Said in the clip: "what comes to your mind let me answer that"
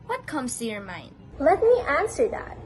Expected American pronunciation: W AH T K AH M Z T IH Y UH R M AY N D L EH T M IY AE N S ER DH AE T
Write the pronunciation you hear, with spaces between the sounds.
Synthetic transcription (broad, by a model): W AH T K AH M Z T IH Y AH R M AY N D L EH T M IY AE N S ER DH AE T